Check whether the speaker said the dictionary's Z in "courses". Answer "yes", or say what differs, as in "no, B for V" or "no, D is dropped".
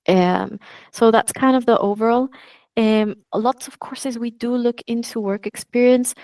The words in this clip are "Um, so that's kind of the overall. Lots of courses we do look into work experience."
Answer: yes